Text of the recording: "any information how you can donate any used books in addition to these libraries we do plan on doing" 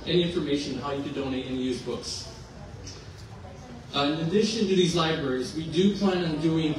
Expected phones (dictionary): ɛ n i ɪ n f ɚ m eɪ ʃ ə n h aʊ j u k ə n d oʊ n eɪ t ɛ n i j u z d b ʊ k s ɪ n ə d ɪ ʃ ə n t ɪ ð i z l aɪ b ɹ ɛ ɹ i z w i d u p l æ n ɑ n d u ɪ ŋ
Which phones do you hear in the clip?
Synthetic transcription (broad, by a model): ɛ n i ɪ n f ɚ m eɪ ʃ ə n h aʊ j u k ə d oʊ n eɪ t ɛ n i j u z b ʊ k s ɪ n ə d ɪ ʃ ə n t ɪ ð i z l aɪ b ɹ ɛ ɹ i z w i d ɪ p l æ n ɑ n d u ɪ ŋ